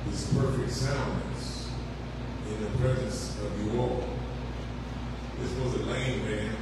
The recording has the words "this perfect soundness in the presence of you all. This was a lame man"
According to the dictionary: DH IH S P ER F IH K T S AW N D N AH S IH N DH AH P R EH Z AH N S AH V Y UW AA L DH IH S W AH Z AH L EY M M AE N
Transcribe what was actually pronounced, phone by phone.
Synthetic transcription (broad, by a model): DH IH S P ER F IH K T S AW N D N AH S IH N DH AH P R EH Z AH N S AH V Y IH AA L DH IH S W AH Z AH L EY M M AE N